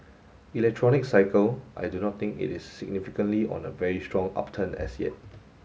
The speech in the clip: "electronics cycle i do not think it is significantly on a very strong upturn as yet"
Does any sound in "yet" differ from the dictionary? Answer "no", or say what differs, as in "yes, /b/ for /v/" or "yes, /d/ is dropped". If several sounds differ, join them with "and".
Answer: no